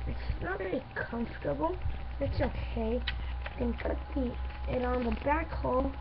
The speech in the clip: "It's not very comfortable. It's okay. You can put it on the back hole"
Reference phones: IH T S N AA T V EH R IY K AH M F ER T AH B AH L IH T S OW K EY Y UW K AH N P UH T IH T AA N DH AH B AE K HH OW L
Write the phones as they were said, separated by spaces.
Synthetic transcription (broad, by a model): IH T S N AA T V EH R IY K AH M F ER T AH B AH L IH T S OW K EY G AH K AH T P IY IH T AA N DH AH B AE K HH OW L